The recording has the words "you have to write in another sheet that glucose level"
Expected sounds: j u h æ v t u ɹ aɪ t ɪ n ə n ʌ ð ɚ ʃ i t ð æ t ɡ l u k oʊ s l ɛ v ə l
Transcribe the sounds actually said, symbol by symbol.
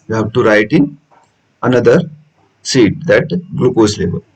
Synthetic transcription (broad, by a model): j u h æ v t u ɹ aɪ t ɪ n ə n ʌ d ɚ s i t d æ t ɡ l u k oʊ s l ɛ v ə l